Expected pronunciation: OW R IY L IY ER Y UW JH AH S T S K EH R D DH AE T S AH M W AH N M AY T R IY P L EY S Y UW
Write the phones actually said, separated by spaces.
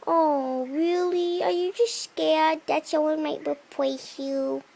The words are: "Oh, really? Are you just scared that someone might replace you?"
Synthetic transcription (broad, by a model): OW R IY L IY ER Y UW JH AH S T S K EH R D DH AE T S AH W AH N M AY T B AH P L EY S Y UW